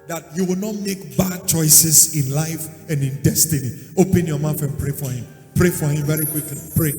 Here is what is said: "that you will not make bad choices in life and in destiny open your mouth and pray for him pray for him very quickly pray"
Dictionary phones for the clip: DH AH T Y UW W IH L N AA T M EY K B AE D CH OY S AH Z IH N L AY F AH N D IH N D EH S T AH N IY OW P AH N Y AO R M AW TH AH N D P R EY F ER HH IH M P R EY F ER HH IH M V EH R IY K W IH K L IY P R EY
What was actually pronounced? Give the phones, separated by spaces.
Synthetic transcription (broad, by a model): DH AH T Y UW W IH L N AA T M EY K B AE D CH OY S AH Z IH N L AY F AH N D IH N D EH S T AH N IY OW P AH N Y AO M AW F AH N P R EY F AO HH IH M P R EY F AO HH IH M V EH R IY K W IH K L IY P R EY